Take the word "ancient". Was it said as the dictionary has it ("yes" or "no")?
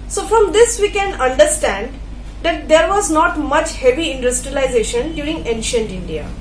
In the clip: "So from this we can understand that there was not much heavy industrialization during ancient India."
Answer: yes